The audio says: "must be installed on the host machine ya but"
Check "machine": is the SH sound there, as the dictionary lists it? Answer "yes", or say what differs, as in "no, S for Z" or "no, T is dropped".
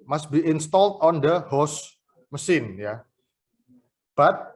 no, S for SH